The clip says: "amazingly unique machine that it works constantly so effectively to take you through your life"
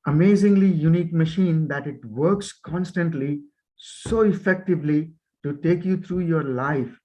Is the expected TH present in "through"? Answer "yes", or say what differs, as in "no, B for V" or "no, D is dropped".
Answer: no, T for TH